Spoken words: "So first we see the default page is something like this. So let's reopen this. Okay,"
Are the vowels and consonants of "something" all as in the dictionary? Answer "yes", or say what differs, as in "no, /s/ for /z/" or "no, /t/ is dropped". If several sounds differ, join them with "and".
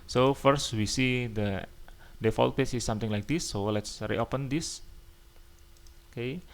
no, /t/ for /θ/